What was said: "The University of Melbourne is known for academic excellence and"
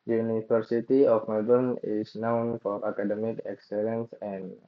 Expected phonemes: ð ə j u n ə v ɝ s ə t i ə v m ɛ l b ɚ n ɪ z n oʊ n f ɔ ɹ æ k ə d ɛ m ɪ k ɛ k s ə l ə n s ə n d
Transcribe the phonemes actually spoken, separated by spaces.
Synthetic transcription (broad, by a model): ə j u n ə f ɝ s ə t i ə f m ɛ l b ɚ n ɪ s n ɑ n f ɔ ɹ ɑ k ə d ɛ m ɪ k ɛ k s ə l ə n s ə n